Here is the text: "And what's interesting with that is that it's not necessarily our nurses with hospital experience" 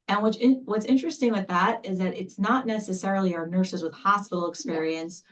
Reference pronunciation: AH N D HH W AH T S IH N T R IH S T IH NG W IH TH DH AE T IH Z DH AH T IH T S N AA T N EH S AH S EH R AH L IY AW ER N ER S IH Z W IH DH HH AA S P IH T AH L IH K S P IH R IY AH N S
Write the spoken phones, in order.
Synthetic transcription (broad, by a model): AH N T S W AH T S IH N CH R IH S T IH NG W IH DH AE T IH Z DH AH T IH T S N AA T N EH S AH S EH R L IY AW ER N ER S IH Z W IH DH HH AA S P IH T L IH K S P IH R IY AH N S